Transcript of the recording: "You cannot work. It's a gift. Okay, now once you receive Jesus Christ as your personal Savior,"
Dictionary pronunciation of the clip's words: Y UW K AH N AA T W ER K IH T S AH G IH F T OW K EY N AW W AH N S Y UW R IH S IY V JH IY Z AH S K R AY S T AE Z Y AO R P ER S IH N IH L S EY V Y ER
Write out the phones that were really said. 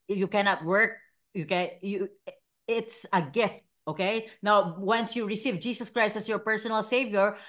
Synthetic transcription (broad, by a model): Y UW K AH N AA T W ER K IH T S AH G IH F T OW K EY N AW W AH N S Y UW R IH S IY V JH IY S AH S K R AY S T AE S Y AO R P ER S IH N IH L S EY V Y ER